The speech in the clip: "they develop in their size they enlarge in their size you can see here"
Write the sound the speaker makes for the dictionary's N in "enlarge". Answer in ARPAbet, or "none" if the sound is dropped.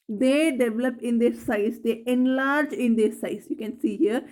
N